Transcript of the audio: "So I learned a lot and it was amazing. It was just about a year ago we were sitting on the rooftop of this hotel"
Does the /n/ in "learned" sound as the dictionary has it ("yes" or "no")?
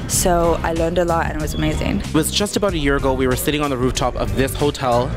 yes